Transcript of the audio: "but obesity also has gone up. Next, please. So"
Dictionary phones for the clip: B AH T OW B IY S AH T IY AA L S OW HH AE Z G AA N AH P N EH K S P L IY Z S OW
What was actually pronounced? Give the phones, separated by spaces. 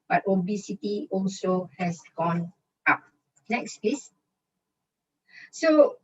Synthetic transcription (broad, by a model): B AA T OW B IY S AH T IY AA L S OW HH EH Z G AA N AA P N EH K S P IY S S OW